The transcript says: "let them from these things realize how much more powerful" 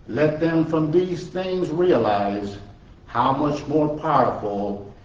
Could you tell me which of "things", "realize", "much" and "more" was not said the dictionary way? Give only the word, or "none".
none